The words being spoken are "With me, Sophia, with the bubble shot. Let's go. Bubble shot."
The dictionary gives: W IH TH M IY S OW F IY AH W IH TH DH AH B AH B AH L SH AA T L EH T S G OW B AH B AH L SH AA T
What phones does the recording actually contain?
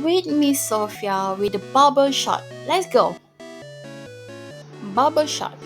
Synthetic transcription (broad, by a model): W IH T M IY S OW F IY AH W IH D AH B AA B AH SH AA T L EH T S G OW B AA B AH SH AA T